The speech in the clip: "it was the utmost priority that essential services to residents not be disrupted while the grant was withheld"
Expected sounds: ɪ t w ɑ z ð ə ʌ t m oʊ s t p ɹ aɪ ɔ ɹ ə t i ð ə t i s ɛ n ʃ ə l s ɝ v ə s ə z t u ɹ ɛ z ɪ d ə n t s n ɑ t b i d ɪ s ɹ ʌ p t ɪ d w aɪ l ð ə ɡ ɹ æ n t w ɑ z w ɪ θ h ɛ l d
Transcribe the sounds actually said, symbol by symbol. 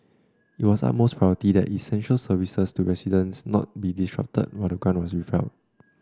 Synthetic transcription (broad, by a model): ɪ t w ɑ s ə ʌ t m oʊ s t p ɹ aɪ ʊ ə t i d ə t i s ɛ n ʃ ə l s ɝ v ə s ə s t u ɹ ɛ s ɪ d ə n s n ɑ t b i d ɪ s ɹ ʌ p t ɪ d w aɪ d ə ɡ ɑ n w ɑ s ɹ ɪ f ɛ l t